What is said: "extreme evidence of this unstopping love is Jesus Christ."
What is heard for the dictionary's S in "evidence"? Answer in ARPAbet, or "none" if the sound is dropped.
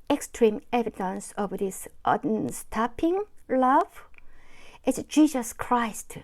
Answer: S